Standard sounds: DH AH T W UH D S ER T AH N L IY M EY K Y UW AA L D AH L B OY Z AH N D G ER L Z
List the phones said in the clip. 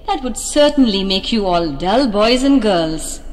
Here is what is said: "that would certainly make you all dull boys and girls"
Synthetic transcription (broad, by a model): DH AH T W UH D S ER T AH N L IY M EY K Y UW AA L D AH L B OY Z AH N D G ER L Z